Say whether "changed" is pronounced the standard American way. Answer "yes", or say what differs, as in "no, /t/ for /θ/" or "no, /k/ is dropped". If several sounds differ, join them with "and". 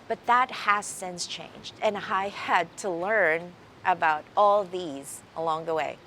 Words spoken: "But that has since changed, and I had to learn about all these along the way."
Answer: yes